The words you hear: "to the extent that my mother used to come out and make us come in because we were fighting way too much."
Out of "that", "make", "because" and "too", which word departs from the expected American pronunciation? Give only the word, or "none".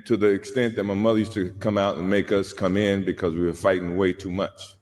none